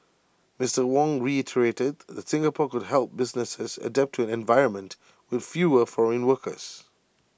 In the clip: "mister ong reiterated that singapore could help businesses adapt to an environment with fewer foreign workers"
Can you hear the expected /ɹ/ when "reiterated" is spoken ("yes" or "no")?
yes